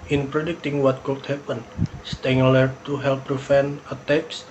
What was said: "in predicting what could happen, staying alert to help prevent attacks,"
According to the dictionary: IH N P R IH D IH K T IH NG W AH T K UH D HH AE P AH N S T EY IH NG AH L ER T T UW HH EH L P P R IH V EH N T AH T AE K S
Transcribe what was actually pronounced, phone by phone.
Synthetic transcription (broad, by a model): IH N P R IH D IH K T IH NG W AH T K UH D HH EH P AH N S T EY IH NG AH L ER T T UW HH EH L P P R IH F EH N AH T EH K S